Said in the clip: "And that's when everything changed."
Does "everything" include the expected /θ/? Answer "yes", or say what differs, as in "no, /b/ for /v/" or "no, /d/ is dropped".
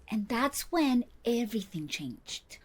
yes